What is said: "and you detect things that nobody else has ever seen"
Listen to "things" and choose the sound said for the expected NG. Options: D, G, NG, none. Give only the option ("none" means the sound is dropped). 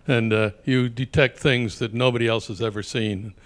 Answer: NG